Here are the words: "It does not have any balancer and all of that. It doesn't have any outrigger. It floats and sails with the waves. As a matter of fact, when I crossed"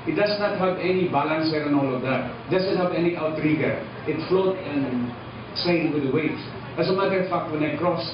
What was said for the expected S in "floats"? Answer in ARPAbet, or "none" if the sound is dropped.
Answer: none